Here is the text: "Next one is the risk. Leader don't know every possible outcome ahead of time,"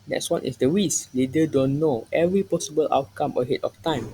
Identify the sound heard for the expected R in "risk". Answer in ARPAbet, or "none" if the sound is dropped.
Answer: W